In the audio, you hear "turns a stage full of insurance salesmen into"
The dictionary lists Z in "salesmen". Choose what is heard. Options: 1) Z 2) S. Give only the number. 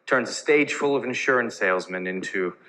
1